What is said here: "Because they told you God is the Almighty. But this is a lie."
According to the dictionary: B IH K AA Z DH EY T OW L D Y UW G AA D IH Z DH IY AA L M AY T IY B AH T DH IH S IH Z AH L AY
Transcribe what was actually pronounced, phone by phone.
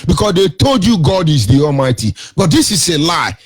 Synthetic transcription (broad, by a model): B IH K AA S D EY T OW L D Y UW G AA D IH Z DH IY AA L M AY T IY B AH T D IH S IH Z AH L AY